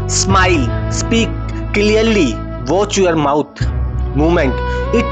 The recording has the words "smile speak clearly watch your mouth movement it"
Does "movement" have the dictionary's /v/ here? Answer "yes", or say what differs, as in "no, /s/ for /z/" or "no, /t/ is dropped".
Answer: no, /v/ is dropped